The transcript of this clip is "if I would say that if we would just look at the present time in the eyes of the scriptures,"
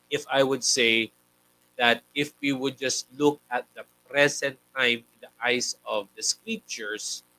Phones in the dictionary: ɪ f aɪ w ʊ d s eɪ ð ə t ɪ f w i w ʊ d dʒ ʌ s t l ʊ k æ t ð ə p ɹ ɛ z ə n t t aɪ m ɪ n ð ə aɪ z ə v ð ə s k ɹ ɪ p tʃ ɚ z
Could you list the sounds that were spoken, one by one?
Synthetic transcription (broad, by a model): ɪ f aɪ w ʊ d s eɪ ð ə t ɪ f w i w ʊ d dʒ ʌ s t l ʊ k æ t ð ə p ɹ ɛ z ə n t t aɪ m ɪ n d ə aɪ s ə v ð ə s k ɹ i p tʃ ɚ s